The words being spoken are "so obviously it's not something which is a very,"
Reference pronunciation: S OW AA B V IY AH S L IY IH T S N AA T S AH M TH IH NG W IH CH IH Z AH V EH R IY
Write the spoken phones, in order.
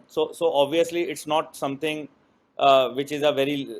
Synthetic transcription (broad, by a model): S OW AA B V IY AH S L IY IH T S N AA T S AH M T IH NG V IH CH IH Z AH V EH R IY